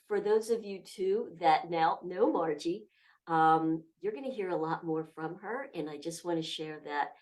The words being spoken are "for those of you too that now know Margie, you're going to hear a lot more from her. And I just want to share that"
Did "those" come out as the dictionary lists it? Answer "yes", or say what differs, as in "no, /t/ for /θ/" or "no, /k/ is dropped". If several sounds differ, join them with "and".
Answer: yes